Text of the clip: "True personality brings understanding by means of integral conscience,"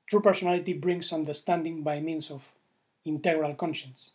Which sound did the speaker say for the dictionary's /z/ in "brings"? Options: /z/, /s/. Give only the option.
/s/